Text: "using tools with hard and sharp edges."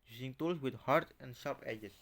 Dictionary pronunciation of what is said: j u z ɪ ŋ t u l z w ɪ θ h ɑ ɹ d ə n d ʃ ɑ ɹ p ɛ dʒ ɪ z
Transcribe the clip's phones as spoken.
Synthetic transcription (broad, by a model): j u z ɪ ŋ t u l s w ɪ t h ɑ ɹ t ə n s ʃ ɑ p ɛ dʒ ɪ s